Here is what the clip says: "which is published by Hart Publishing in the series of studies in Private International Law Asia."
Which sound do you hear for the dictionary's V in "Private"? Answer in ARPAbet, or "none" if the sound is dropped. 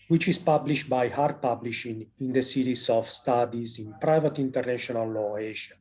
V